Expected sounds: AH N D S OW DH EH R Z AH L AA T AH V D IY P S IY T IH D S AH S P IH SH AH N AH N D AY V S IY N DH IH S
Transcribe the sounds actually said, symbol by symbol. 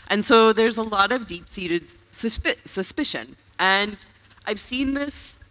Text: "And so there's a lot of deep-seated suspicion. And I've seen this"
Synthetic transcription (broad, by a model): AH N S OW DH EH R Z AH L AA T AH V D IY P S IY T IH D S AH S P IH SH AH N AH N D AY V S IY N DH IH S